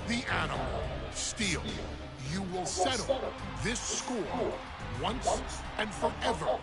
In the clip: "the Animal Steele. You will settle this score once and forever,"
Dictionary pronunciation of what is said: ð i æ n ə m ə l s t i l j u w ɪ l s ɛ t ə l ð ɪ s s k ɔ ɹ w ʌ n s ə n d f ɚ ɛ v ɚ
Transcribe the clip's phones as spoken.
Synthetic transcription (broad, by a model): ð i æ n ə m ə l s t i l j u w ɪ l s ɛ t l ð ɪ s s k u l w ʌ n s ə n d f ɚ ɛ v ɚ